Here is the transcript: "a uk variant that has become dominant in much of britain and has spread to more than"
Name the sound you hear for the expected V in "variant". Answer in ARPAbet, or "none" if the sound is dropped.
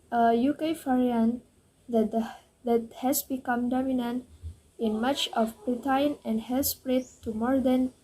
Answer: F